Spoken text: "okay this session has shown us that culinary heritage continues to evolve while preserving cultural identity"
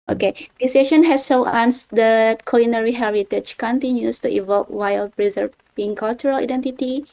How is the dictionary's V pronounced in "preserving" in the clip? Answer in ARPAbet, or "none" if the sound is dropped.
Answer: B